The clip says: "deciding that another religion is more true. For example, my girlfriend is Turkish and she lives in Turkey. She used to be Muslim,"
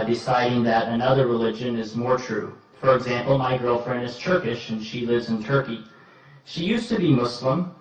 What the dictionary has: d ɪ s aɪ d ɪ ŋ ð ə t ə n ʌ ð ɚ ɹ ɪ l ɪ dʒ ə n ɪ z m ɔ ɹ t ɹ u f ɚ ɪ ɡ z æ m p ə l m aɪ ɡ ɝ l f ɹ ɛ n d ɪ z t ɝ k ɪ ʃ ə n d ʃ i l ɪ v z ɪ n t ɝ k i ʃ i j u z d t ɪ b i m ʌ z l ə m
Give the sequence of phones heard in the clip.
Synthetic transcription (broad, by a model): d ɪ s aɪ d ɪ ŋ ð ə t ə n ʌ ð ɚ ɹ ɪ l ɪ dʒ ə n ɪ z m ɔ ɹ t ɹ u f ɚ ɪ ɡ z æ m p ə l m aɪ ɡ ɝ l f ɹ ɛ n d ɪ z t ɝ k ɪ ʃ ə n ʃ i l ɪ v z ɪ n t ɝ k i ʃ i j u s t ɪ b i m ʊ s l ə m